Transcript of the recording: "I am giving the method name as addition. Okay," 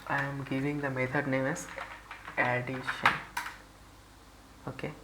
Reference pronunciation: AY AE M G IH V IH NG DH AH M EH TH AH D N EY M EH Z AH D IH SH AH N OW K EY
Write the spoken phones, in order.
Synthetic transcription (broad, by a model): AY M G IH V IH NG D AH M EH T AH D N EY M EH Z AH D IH SH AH N OW K EY